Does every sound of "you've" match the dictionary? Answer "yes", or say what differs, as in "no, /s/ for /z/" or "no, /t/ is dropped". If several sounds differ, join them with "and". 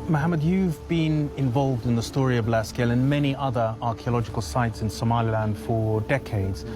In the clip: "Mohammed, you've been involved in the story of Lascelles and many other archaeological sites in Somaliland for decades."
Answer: yes